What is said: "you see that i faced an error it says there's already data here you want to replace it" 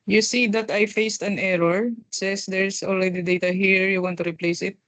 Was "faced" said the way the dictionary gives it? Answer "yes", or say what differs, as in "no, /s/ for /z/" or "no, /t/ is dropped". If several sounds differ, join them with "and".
yes